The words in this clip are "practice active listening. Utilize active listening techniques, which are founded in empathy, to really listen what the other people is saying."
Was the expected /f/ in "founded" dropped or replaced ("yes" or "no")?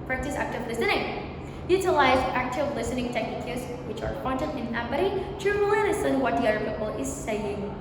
yes